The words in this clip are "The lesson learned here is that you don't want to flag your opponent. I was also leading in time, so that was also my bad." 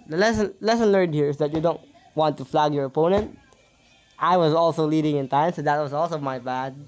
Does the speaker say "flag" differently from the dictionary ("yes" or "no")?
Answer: no